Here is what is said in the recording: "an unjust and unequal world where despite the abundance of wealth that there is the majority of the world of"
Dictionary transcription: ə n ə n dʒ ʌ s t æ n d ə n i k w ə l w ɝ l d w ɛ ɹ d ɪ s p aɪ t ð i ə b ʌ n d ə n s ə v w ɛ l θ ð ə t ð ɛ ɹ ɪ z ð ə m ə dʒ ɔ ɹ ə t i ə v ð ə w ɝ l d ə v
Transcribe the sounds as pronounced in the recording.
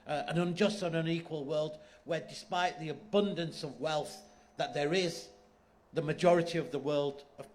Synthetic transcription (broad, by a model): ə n ə n dʒ ʌ s t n ə n i k w ə l w ɝ l d w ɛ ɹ d ɪ s p aɪ t ð i ə b ʌ n d ə n s ə v w ɛ l θ ð ə t ð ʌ ɹ ɪ z ð ə m ə dʒ ɔ ɹ ə t i ə v ð ə w ɝ l d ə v